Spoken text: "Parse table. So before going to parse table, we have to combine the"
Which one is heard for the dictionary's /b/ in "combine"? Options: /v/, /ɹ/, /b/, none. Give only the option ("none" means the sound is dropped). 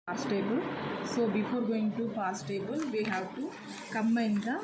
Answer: none